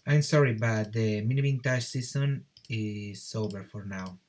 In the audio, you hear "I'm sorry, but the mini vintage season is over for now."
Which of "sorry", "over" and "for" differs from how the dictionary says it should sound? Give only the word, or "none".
over